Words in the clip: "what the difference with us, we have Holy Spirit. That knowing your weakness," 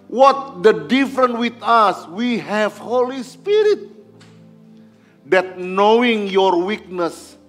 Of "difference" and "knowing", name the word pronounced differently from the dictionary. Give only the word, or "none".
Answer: difference